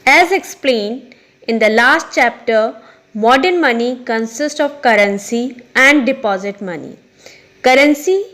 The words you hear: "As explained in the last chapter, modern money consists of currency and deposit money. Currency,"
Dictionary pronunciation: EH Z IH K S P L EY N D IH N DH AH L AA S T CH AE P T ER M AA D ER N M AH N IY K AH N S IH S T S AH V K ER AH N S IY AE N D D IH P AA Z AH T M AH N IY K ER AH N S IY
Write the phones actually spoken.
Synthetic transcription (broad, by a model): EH Z IH K S P L EY N D IH N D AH L AA S T CH AE P T ER M AA D ER N M AH N IY K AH N S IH S T AH V K ER AH N S IY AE N D D IH P AA Z AH T M AH N IY K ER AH N S IY